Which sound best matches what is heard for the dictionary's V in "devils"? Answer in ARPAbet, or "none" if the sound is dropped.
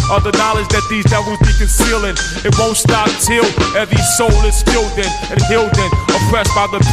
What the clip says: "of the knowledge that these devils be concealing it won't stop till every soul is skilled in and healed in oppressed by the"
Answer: W